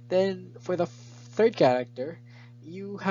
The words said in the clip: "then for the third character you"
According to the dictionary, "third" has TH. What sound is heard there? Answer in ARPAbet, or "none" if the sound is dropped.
TH